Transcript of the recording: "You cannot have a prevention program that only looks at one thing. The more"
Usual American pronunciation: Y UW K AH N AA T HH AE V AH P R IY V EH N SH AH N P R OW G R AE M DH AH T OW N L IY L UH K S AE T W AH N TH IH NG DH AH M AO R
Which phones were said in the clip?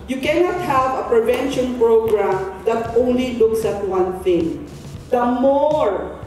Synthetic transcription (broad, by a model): Y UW K AH N AA T HH AE V AH P R IY V EH N SH AH N P R OW G R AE M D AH T OW N L IY L UH K S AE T W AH N TH IH NG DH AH M AO R